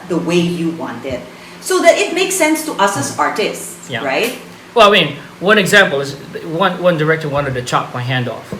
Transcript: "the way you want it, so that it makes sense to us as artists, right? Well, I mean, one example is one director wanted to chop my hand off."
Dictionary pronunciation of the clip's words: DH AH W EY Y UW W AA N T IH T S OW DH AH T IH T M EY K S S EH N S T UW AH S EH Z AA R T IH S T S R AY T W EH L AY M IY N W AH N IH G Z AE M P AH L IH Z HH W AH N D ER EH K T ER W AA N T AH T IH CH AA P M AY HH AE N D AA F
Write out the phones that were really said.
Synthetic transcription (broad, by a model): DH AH W EY Y UW W AA N T IH T S OW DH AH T IH T M EY K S S EH N S T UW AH S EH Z AA R T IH S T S R AY T W EH L AY M IY N W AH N IH G Z AE M P AH L IH Z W W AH N D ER EH K T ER W AA N T AH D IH CH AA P M AY HH AE N D AA F